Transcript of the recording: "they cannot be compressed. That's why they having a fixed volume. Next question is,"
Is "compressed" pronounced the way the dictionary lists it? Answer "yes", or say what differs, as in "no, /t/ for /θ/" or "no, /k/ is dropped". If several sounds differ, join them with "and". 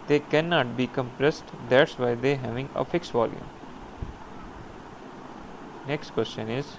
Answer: yes